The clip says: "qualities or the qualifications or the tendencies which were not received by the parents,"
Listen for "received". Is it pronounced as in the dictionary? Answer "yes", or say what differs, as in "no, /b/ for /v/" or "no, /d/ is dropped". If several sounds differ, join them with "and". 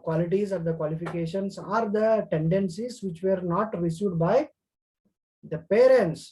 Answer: no, /v/ is dropped